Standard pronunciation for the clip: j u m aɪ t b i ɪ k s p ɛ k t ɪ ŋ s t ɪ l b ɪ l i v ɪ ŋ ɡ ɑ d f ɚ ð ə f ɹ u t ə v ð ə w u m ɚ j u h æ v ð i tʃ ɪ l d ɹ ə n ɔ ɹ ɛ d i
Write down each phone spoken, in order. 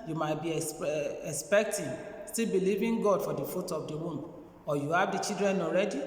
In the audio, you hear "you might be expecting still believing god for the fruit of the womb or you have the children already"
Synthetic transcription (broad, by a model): j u m aɪ t b i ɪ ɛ s p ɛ k t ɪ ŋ s t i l b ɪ l i v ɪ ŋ ɡ ɑ d f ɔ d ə f u t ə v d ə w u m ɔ j u h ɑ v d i tʃ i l d ɹ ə n ɔ ɹ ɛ d i